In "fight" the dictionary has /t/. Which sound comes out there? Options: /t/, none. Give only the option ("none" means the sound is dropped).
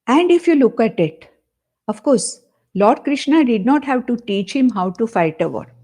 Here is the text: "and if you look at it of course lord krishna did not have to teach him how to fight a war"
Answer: /t/